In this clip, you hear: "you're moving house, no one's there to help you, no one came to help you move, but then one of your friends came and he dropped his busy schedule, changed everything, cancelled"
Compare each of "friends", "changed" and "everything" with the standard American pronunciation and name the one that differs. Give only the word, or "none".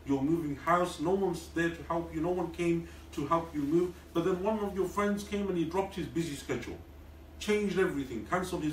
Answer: none